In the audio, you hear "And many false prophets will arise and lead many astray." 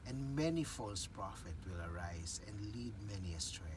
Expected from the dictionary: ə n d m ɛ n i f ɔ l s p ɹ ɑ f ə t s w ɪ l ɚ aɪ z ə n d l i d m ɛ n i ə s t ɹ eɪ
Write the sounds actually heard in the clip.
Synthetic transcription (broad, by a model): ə n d m ɛ n i f ɔ l s p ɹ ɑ f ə t w ɪ l ɚ aɪ z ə n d l i d m ɛ n i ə s t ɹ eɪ